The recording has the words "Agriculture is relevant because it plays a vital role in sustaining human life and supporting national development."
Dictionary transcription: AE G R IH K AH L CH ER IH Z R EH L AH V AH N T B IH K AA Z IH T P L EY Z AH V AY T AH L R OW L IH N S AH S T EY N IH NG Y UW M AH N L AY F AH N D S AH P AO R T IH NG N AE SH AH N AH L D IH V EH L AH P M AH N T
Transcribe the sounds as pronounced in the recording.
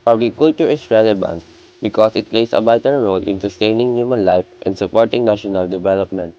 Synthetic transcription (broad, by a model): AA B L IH K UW L CH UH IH S R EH L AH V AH N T B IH K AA S IH T P L EY S AH B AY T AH N R OW L IH N S AH S T EY N IH NG Y UW M AH N L AY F AH N D S AH P AO R T IH NG N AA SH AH N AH L D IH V EH L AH P M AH N T